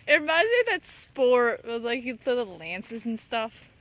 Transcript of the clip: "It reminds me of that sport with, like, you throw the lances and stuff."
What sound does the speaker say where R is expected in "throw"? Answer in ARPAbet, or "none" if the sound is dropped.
none